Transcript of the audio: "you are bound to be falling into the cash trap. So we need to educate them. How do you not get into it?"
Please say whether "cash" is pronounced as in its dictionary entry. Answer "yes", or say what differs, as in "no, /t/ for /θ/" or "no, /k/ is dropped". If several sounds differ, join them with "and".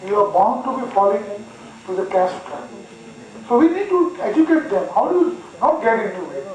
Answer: no, /s/ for /ʃ/